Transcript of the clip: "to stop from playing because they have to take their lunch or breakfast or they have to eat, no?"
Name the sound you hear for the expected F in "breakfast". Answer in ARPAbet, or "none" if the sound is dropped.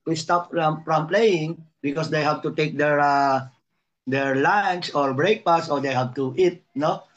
P